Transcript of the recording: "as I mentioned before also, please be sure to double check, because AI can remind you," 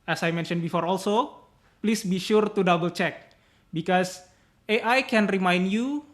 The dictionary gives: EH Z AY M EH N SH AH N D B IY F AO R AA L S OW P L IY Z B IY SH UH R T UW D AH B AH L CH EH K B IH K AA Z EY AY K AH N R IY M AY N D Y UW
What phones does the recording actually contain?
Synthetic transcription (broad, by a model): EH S AY M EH N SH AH N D B IY F AO R AA L S OW P L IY S B IY SH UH R T UW D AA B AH L CH EH K B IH K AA S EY AY K AH N R IY M AY N D Y UW